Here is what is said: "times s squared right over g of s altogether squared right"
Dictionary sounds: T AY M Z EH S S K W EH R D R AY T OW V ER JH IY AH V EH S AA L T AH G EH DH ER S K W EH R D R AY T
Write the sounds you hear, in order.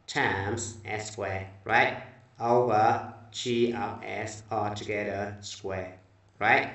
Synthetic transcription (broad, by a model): T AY M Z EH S S K W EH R R AY T OW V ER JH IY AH P EH S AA T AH G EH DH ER S K W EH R R AY T